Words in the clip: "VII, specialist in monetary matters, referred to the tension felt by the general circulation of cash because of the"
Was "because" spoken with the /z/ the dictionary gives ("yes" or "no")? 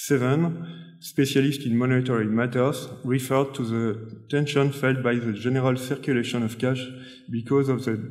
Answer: yes